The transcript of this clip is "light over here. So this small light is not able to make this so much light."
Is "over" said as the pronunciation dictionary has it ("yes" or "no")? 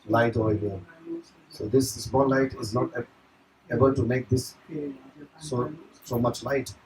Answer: no